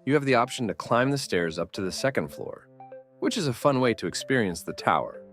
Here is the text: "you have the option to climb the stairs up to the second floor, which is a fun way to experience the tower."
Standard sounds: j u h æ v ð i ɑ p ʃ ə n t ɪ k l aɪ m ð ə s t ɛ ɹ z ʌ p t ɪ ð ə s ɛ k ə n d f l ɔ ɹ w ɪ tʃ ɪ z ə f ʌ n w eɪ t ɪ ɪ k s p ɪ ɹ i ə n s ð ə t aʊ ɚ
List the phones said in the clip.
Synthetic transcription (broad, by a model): j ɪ v ð i ɑ p ʃ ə n t ɪ k l aɪ m ð ə s t ɛ ɹ z ʌ p t ɪ ð ə s ɛ k ə n d f l ɔ ɹ w ɪ tʃ ɪ z ə f ʌ n w eɪ t ɪ ɪ k s p ɪ ɹ i ə n s ð ə t aʊ ɚ